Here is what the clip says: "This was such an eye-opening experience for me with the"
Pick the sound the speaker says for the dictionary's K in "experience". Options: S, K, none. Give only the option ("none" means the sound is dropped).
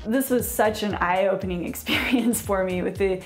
K